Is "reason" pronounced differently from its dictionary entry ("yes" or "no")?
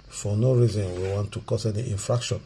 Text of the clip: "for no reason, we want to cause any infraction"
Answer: no